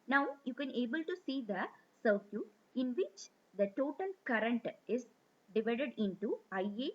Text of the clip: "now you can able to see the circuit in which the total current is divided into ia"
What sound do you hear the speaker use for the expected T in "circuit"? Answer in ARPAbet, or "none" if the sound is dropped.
none